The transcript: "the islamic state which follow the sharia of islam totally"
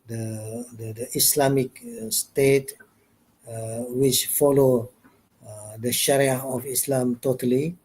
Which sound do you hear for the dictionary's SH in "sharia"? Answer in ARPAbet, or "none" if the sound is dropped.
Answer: SH